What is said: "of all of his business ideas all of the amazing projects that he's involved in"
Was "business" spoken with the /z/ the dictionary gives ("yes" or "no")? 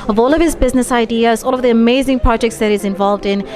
yes